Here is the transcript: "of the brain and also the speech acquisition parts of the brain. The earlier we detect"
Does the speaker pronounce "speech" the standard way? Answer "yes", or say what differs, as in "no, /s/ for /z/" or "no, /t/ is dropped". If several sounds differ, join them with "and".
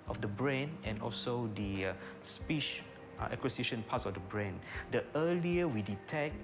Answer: no, /ʃ/ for /tʃ/